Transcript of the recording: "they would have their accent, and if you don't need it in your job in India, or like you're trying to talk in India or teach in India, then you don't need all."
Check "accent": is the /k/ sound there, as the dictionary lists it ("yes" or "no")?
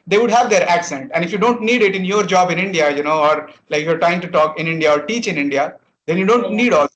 yes